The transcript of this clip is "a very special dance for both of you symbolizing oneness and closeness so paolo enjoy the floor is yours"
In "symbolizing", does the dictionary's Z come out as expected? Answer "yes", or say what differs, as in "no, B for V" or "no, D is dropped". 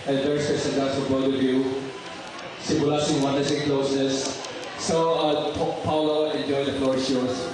no, S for Z